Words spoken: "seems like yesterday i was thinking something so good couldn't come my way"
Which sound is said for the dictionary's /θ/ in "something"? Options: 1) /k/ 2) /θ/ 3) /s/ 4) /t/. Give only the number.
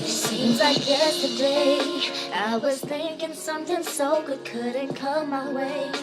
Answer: 4